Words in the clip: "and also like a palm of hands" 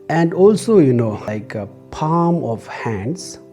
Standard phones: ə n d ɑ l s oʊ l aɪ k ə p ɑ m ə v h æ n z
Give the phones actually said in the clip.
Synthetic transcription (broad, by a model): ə n d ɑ l s oʊ n aɪ k ə p ɑ m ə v h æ n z